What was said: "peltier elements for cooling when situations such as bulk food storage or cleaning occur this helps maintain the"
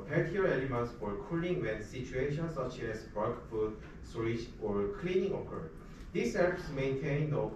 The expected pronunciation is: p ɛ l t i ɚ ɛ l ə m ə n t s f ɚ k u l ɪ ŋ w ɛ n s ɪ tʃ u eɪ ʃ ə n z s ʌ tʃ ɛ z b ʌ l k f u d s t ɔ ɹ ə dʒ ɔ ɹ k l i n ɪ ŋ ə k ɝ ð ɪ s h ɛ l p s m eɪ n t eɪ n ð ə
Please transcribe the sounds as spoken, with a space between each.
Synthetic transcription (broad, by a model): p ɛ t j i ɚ ɛ l ə m ə n t s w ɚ k u l ɪ ŋ w ɛ n s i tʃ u eɪ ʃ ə n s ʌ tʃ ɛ s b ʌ k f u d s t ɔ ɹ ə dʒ ɔ ɹ k l i n ɪ ŋ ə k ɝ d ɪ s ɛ p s m eɪ n t eɪ n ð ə